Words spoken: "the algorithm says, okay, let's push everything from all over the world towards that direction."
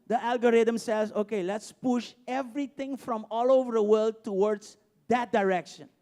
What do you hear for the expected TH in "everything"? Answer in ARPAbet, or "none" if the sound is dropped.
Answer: T